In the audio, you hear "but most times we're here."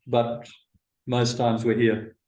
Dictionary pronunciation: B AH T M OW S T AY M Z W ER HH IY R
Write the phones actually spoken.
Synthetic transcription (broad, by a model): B AH T M OW S T AY M Z W ER HH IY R